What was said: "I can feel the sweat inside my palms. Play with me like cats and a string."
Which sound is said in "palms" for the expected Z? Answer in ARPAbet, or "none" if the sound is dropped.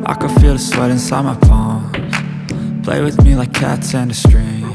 none